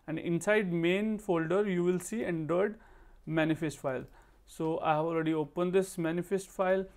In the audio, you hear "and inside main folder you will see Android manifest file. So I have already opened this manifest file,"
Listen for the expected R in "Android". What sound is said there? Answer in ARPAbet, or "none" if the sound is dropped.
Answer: none